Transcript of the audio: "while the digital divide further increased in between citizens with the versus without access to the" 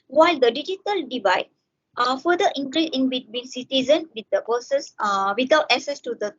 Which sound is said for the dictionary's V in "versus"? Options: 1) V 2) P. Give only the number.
2